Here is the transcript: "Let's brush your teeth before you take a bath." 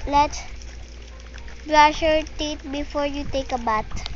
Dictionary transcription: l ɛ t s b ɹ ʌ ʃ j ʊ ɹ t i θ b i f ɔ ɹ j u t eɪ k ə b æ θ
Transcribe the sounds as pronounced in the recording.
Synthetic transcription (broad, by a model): l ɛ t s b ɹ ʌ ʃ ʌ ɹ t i t b i f ɔ ɹ j u t eɪ k ə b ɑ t